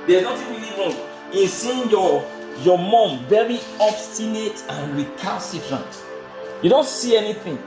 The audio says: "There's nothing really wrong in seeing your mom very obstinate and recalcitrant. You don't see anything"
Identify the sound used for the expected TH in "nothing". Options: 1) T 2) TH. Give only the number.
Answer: 1